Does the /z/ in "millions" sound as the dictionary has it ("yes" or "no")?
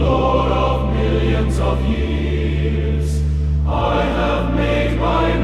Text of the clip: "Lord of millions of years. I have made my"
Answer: yes